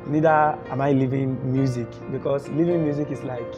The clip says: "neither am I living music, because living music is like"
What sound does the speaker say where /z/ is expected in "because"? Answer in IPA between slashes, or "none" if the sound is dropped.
/s/